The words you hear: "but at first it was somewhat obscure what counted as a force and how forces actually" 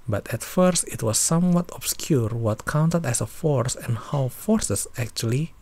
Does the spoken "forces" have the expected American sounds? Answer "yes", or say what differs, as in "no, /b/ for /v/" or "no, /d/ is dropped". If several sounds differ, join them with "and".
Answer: no, /s/ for /z/